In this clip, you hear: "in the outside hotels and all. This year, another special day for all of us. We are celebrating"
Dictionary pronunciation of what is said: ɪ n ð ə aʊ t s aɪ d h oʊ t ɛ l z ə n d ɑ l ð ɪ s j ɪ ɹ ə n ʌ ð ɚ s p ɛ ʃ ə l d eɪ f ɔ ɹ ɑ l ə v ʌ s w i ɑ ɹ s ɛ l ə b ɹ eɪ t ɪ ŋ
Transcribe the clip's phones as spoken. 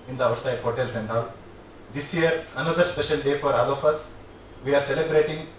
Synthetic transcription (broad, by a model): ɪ n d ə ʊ t s aɪ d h oʊ t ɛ l s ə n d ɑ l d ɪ s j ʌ ɹ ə n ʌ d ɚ s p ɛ ʃ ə n d eɪ f ɔ ɹ ɑ l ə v ʌ s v i ɑ ɹ s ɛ l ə b ɹ eɪ t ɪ ŋ